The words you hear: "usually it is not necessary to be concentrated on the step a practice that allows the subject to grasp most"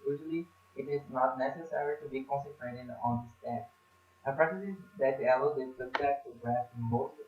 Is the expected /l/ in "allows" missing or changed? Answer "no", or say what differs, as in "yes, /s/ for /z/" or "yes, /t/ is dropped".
yes, /l/ is dropped